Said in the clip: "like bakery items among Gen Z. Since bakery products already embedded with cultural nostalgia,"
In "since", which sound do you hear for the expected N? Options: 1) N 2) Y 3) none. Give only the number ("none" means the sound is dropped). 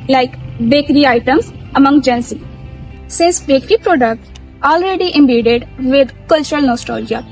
3